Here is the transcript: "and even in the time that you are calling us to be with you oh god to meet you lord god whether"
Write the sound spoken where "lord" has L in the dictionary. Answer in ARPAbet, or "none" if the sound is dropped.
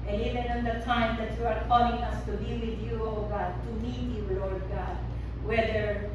L